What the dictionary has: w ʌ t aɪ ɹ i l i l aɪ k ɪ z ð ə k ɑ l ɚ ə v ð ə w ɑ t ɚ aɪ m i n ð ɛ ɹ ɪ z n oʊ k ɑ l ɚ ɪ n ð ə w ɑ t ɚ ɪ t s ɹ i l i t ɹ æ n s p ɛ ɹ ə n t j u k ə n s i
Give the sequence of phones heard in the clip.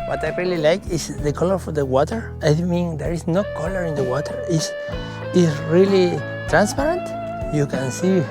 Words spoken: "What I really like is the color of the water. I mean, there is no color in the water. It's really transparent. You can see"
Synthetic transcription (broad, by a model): w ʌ t aɪ ɹ i l i l aɪ k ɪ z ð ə k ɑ l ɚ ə f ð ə w ɑ t ɚ aɪ m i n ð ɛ ɹ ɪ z n oʊ k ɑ l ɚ ɪ n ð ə w ɑ t ɚ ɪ s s ɹ i l i t ɹ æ n s p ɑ ɹ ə n t j u k ə n s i